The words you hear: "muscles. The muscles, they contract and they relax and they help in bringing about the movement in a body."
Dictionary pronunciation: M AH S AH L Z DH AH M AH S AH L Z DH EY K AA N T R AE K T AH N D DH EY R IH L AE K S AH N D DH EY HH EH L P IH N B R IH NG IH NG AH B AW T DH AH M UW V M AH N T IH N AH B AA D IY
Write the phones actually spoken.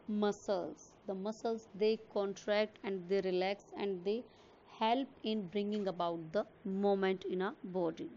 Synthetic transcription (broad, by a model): M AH S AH L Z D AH M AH S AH L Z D EY K AA N T R AE K T AH N D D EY R IH L AE K S AH N D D EY HH EH L P IH N B R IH NG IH NG AH B AW T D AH M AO M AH N T IH N AH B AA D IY